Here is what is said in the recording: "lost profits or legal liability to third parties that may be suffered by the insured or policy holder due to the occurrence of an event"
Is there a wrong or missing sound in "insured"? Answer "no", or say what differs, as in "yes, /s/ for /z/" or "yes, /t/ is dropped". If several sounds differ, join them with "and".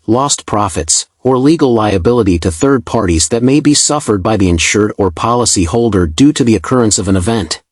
no